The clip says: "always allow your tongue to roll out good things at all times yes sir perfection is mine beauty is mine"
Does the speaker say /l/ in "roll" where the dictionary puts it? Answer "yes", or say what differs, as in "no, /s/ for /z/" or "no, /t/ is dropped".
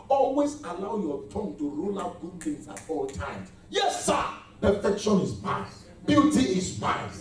yes